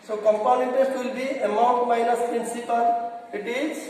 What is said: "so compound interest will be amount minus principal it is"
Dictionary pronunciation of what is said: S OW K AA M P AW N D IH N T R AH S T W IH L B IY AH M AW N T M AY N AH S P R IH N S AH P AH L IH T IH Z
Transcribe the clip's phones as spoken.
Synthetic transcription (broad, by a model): S OW K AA M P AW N IH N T AH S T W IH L B IY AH M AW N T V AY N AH S P R IH N S AH P AH L IH T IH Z